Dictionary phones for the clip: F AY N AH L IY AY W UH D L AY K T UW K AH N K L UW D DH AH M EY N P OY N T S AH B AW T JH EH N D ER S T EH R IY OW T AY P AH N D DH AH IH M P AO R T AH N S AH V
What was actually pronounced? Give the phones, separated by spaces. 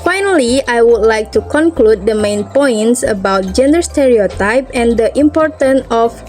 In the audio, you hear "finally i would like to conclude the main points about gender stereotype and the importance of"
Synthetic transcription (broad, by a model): F AY N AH L IY AY W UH D L AY K T UW K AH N K L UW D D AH M EY N P OY N T S AH B AW T JH EH N D ER S T EH R IY OW T AY P AH N D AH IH M P AO R T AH N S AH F